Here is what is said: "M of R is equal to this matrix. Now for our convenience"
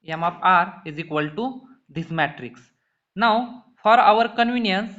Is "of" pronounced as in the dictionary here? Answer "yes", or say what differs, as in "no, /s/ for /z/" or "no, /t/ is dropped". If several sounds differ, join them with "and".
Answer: no, /p/ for /v/